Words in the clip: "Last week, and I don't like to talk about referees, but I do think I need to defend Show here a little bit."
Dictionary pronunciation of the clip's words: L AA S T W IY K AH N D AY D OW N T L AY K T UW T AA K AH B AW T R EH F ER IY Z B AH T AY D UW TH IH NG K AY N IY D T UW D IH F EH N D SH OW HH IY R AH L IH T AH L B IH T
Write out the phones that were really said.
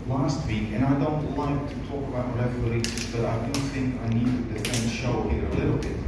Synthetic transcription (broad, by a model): L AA S T W IY K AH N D AY D OW N T W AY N T UW T AA K AH B AW T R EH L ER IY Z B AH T AY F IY TH IH NG K AY N IY D T UW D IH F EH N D SH OW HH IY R AH L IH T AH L B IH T